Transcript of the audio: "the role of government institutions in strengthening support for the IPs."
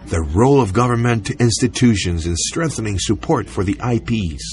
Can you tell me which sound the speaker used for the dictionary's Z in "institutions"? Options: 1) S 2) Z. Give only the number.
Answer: 2